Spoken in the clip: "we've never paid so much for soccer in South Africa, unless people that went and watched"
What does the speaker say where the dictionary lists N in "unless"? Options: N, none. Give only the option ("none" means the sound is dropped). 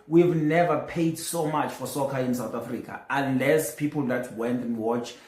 N